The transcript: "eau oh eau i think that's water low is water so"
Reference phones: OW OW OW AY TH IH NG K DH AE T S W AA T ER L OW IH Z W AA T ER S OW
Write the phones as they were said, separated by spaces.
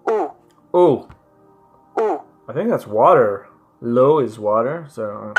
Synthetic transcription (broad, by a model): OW OW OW AY TH IH NG K DH AE T S W AA T ER L OW IH Z W AA T ER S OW